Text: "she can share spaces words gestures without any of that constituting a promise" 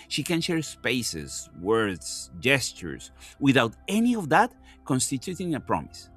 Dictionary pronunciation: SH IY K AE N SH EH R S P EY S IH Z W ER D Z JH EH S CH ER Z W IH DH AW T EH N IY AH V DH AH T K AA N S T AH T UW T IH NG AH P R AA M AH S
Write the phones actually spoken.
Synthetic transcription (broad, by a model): SH IY K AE N SH EH R S P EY S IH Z W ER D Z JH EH S CH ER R W IH DH AW T EH N IY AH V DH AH T K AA N S T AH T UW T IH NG AH P R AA M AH S